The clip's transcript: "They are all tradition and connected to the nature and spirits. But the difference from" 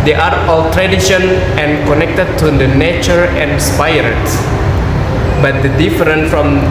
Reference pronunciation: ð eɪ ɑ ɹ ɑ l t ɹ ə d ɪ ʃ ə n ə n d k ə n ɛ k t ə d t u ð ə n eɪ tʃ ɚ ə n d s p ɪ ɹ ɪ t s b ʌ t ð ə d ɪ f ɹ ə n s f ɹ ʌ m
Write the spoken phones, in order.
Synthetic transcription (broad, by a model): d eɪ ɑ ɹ ɑ l t ɹ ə d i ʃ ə n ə n k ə n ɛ k t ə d t u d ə n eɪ tʃ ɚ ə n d s p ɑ ɹ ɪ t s b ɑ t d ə d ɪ f ɹ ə n f ɹ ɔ m